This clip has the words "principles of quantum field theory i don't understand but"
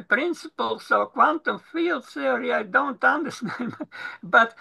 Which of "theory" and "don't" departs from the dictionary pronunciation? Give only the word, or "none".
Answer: theory